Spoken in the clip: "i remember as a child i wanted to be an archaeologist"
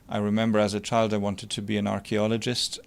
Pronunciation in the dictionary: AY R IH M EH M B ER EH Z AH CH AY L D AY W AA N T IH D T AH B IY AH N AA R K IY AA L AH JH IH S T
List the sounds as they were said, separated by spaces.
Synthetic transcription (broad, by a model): AY R IH M EH M B ER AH Z AH CH AY L D AY W AA N T IH D T AH B IY AH N AA R K IY AA L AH JH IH S T